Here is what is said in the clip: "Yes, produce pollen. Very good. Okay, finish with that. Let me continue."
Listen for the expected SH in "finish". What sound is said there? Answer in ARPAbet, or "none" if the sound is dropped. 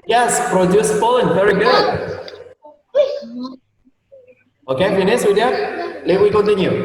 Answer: S